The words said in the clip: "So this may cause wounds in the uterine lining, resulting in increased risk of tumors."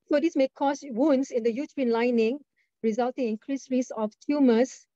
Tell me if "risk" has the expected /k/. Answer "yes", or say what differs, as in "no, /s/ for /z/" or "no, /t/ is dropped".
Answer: no, /k/ is dropped